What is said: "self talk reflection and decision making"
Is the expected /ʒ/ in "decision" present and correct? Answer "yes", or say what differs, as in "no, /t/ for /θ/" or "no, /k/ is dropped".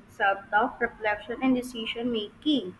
no, /ʃ/ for /ʒ/